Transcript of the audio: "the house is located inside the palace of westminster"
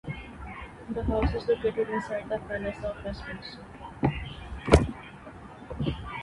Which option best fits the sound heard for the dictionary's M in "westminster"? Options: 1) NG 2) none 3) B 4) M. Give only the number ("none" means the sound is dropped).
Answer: 2